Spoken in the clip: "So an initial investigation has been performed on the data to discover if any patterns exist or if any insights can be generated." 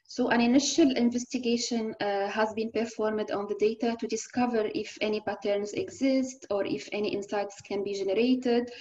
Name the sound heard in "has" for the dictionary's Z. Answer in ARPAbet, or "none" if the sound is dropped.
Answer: Z